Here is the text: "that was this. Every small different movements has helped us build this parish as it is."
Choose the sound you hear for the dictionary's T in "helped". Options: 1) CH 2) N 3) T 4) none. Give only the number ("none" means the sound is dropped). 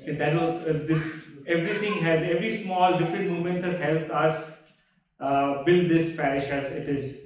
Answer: 3